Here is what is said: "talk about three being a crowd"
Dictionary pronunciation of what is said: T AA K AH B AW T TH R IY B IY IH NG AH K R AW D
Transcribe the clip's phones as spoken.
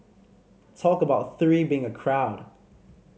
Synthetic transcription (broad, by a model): T AA K AH B AW T TH R IY B IY IH NG AH K R AW D